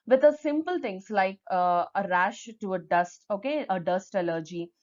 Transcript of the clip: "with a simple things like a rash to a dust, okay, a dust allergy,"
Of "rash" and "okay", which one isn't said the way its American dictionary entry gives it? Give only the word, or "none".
none